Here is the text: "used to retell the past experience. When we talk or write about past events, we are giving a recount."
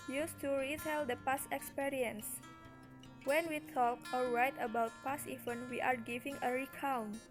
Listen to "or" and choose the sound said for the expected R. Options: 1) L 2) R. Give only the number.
1